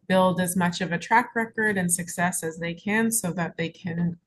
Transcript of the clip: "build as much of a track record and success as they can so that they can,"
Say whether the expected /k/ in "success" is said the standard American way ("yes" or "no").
yes